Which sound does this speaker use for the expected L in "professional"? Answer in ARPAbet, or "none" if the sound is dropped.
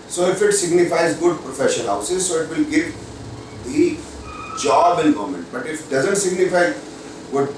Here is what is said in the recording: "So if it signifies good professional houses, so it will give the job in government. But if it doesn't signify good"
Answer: N